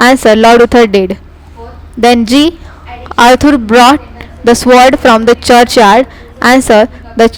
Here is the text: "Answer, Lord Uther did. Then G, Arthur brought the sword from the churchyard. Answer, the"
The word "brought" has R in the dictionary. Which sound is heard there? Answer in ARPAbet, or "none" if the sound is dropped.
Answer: R